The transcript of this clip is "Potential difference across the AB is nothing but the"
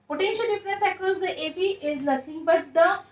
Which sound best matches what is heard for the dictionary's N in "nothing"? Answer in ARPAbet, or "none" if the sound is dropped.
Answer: L